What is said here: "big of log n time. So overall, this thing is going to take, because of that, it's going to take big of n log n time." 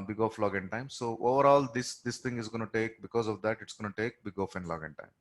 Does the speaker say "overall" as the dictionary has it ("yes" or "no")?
yes